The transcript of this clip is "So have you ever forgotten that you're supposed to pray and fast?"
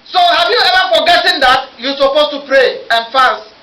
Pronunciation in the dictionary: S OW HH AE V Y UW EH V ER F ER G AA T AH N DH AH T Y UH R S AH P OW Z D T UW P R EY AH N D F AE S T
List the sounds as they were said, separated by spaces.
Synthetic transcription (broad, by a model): S OW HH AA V Y UW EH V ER F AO G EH T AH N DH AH T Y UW S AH P OW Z T UW P R EY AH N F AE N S